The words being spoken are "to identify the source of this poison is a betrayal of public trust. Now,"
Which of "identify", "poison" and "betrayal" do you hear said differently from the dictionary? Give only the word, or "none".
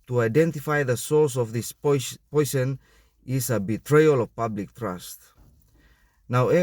poison